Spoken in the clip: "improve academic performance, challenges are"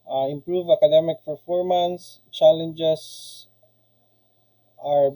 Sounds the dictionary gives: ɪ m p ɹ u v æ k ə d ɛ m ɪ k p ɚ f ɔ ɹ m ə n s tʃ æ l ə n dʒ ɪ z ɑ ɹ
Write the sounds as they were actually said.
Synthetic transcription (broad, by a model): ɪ m p ɹ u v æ k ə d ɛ m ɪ k f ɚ f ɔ ɹ m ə n s tʃ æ l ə n dʒ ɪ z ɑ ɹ